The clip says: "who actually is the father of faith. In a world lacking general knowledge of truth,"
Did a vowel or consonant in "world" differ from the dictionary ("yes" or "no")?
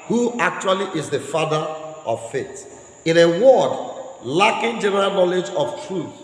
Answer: yes